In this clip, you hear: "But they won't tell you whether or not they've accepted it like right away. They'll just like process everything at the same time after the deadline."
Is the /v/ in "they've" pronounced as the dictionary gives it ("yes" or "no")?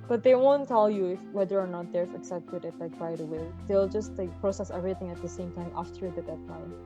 no